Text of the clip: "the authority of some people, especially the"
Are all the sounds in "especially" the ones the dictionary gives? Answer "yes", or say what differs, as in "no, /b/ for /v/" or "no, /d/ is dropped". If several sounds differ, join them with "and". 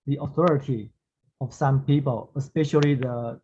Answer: yes